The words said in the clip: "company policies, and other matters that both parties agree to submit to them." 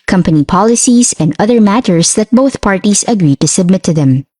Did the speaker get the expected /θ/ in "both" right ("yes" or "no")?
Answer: yes